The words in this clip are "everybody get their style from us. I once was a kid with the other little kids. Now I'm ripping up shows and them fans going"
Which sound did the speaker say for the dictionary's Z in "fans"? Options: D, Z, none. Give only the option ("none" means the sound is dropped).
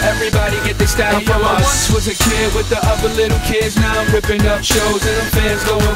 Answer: Z